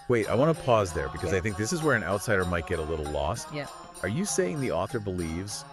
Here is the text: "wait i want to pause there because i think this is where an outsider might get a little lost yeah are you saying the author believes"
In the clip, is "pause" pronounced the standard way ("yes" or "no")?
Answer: yes